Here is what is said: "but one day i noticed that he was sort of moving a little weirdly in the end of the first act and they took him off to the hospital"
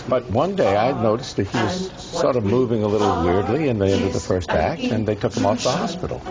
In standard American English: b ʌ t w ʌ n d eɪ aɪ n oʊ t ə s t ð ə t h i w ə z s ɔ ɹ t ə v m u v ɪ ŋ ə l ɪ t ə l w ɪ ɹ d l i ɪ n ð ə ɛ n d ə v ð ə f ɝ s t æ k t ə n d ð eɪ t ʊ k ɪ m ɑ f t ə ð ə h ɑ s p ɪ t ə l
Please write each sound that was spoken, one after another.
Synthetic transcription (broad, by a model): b ʌ t w ʌ n d eɪ aɪ n oʊ t ə s t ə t h i w ə z s ɔ ɹ t ə v m u v ɪ ŋ ə l ɪ t l w ɪ ɹ d l i ɪ n ð ə ɛ n d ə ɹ ð ə f ɝ s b æ k ə n ð eɪ t ʊ k ɪ m ɑ f ð ə h ɑ s p ɪ t l